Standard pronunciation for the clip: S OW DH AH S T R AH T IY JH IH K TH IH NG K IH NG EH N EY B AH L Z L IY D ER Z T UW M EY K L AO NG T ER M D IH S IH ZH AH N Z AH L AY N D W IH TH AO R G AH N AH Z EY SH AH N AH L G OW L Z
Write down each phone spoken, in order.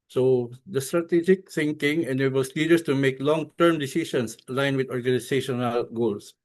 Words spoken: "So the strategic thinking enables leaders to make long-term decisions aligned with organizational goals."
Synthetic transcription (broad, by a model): S OW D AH S T R AH T IY JH IH K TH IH NG K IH NG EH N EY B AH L S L IY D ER S T UW M EY K L AO NG T ER M D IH S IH S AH N S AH L AY N W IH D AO R G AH N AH S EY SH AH N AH L G OW L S